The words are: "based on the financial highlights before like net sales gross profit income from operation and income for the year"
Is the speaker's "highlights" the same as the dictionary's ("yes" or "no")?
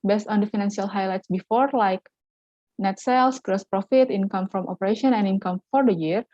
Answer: yes